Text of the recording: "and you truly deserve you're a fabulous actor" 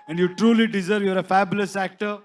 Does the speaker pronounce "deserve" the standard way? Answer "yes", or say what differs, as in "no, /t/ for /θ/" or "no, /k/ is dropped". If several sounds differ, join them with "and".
yes